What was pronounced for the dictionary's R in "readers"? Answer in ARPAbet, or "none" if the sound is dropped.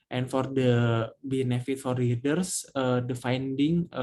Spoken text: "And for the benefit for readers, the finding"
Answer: L